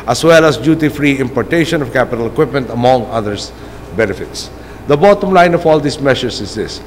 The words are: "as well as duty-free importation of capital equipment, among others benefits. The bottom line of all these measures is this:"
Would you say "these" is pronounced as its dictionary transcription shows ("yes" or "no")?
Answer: no